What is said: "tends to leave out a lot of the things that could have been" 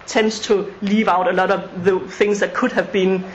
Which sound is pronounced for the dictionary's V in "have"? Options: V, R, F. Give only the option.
V